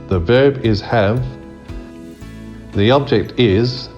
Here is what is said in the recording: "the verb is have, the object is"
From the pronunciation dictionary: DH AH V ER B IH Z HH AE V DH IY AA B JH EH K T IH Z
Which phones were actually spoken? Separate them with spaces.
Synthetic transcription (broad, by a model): DH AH V ER B IH Z HH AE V DH IY AA B JH EH K T IH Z